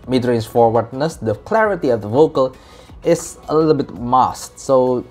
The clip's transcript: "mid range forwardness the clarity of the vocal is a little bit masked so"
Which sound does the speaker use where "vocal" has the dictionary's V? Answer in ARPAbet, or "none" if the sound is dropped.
V